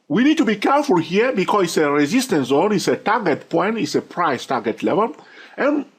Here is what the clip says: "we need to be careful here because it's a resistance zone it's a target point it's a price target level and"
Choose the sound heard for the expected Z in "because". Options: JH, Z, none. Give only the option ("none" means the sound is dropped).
none